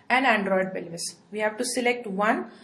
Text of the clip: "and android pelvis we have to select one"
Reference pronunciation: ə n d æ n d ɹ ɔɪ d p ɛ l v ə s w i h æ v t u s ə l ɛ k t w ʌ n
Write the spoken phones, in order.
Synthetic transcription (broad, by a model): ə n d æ n d ɹ ɔɪ d b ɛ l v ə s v i h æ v t u s ə l ɛ k t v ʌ n